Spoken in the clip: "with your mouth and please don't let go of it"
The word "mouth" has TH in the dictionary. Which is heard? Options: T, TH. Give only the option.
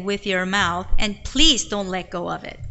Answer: TH